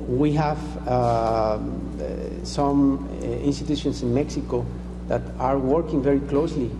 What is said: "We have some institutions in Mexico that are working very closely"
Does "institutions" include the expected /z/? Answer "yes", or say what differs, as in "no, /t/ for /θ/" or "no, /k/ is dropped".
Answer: no, /s/ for /z/